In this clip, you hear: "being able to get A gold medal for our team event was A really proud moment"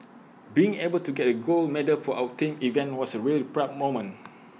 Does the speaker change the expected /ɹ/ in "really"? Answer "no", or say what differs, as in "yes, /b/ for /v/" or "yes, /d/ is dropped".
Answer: no